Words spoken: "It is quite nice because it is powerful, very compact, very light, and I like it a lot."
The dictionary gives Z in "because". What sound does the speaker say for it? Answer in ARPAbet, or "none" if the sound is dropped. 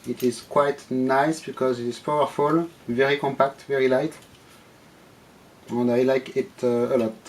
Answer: Z